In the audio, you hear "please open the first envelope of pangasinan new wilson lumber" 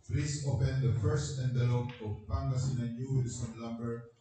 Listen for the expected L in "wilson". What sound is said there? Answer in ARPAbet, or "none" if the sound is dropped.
none